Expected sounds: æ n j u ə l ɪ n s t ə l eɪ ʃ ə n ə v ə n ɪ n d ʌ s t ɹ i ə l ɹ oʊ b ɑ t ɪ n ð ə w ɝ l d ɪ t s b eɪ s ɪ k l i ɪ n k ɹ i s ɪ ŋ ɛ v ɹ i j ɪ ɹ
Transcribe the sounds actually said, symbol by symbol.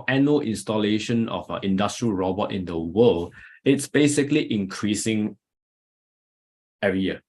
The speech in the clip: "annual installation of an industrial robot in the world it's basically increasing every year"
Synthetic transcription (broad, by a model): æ n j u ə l ɪ n s t ə l eɪ ʃ ə n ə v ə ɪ n d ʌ s t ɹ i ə l ɹ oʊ b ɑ t ɪ n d ə w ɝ l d ɪ t s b eɪ s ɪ k l i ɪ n k ɹ i s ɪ ŋ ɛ ɹ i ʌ